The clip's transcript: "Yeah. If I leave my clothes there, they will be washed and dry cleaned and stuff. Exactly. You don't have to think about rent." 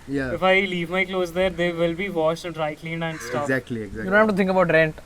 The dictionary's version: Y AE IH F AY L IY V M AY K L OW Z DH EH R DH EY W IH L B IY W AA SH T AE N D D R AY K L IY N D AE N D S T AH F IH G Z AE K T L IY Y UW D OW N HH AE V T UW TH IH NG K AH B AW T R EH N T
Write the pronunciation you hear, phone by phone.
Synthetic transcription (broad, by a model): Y IH F AY L IY V M AY K L OW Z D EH R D EY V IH L B IY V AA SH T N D D R AY K L IY N D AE N D S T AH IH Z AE K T L IY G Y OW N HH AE F T UW T IH NG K AH B AW T R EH N T